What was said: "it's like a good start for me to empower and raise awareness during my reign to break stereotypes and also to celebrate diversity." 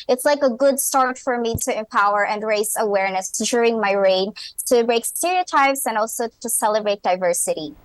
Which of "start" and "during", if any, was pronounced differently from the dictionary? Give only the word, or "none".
none